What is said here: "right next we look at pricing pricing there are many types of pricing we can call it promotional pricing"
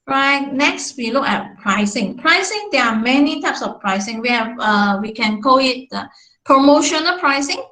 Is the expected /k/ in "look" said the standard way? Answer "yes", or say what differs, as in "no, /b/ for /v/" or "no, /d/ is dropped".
yes